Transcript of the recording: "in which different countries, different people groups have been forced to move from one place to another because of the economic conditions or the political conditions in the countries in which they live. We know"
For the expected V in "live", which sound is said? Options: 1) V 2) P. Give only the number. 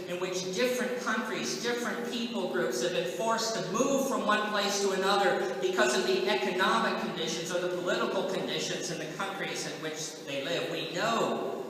1